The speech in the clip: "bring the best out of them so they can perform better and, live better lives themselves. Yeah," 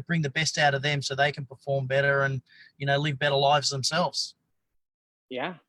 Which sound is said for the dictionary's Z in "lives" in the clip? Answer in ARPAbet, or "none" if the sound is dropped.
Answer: Z